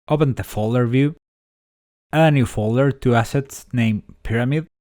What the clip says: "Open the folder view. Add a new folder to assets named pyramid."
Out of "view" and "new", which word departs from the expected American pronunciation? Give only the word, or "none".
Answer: none